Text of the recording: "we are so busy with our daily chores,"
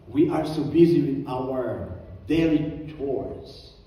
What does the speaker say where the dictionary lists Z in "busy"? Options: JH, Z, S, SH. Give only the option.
Z